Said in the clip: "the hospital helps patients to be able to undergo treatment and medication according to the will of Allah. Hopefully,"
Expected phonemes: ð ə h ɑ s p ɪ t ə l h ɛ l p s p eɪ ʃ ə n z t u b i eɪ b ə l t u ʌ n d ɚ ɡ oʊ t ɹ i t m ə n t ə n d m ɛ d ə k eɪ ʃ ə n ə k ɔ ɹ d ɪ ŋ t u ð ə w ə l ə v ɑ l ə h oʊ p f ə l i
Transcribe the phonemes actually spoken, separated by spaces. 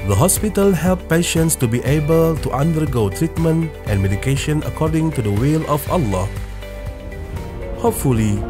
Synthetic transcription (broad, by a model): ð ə h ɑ s p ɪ t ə l h ɛ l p p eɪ ʃ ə n s t u b i eɪ b ə l t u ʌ n d ɚ ɡ oʊ t ɹ i t m ə n t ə n m ɛ d ə k eɪ ʃ ə n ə k ɔ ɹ d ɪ ŋ t u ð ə w ə l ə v ɑ l ə h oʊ p f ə l i